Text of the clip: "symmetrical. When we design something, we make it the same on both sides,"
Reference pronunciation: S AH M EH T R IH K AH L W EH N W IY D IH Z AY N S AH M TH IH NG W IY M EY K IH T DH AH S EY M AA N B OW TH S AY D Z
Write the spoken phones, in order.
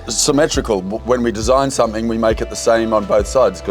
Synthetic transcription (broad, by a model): S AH M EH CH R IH K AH L W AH N W IY D IH Z AY N S AH M TH IH NG W IY M EY K IH T DH AH S EY M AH N B OW TH S AY D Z